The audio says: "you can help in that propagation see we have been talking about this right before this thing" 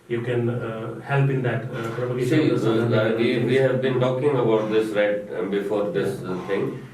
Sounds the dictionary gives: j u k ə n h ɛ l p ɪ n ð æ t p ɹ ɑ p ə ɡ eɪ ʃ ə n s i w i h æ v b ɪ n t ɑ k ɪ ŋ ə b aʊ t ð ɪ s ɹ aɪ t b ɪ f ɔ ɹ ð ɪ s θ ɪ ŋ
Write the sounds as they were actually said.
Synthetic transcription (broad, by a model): j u k ə n h ɛ l p ɪ n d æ t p ɹ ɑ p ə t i s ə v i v i h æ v b ɪ n t ɑ k ɪ ŋ ə b aʊ t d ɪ s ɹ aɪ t b ɪ f ɔ ɹ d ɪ s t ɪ ŋ